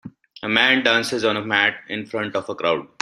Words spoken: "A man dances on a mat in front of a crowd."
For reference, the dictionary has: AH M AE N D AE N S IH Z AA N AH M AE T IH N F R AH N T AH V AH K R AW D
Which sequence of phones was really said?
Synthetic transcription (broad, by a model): AH M AE N D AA N S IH Z AA N AH M AE T IH N F R AH N T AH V AH K R AW D